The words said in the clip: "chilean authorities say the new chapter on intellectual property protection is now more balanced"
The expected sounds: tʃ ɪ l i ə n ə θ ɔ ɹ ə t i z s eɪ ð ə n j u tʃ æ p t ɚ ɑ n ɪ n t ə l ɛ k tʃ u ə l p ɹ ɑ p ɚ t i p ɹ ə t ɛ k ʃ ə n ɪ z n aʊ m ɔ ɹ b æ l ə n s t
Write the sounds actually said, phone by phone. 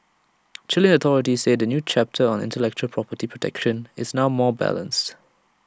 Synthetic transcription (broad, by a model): tʃ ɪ l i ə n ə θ ɔ ɹ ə t i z s eɪ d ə n j u tʃ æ p t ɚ ɑ n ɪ n t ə l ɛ k tʃ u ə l p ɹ ɑ p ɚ t i p ɹ ə t ɛ k ʃ ə n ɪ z n aʊ m ɔ b æ l ə n s t